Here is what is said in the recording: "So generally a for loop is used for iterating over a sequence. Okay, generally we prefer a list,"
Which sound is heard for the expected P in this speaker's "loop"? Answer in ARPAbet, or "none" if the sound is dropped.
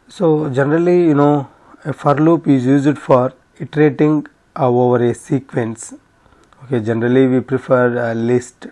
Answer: P